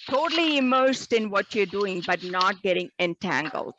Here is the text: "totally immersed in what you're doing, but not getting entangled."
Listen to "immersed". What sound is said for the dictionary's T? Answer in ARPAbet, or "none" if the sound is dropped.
T